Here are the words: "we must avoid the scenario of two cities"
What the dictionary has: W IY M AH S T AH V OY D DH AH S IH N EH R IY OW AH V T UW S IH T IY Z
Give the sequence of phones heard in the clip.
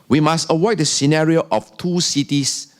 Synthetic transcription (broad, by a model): W IY M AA S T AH W OY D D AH S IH N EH R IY OW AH F T UW S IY T IY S